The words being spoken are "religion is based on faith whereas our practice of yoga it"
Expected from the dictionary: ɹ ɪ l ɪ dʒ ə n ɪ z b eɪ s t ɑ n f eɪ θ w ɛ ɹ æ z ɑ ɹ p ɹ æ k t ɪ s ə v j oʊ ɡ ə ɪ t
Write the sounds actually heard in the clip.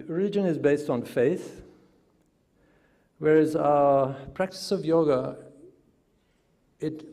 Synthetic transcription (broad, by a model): ɹ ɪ l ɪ dʒ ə n ɪ z b eɪ s t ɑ n f eɪ θ w ɛ ɹ æ z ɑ p ɹ æ k t ɪ s ə v j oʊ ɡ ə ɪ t